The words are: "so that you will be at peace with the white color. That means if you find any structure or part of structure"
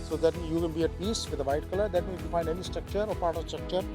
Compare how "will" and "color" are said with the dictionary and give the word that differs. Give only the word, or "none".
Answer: will